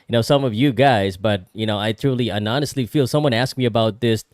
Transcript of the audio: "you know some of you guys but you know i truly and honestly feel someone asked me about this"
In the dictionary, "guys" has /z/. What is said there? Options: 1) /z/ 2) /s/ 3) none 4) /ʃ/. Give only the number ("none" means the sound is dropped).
1